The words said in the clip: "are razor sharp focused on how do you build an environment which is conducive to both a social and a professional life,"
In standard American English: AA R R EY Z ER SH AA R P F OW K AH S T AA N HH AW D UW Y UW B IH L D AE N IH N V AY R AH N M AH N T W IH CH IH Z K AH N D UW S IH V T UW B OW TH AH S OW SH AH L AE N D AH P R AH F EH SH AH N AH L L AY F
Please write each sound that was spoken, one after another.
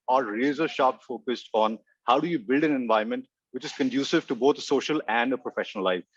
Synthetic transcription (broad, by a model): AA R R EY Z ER SH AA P F OW K AH S T AA N HH AW D UW Y UW B IH L D AE N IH N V AY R M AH N T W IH CH IH Z K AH N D UW S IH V T UW B OW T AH S OW SH AH L AE N D AH P R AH F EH SH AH N AH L L AY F